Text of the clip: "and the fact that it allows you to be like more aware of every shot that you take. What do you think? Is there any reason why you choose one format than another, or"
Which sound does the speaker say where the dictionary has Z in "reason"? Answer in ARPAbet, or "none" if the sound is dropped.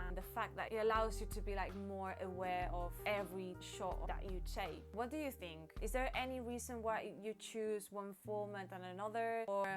Z